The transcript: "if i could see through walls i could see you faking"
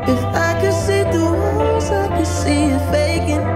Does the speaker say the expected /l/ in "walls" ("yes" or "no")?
no